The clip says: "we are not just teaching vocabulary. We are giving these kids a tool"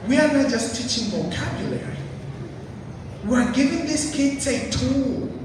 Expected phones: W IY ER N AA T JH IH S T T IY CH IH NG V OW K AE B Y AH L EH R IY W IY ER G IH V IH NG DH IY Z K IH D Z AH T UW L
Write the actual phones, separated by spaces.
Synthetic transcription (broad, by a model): W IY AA N AA T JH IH S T T IY CH IH NG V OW K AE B Y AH L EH R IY W IY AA G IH V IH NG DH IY S K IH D S AH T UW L